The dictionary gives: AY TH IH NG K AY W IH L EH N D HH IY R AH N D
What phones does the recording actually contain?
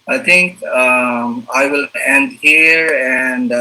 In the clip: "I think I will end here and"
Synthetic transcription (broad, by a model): AY T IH NG K AY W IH L EH N D HH IY R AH N D